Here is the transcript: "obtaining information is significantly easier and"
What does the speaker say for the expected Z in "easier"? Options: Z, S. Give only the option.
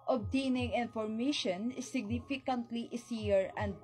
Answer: S